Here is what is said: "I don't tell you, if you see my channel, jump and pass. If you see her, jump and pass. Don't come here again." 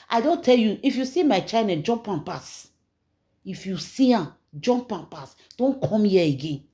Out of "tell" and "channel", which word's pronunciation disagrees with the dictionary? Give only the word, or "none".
channel